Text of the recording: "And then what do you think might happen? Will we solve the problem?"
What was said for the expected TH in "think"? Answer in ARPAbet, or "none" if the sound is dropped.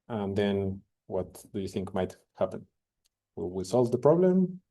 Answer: TH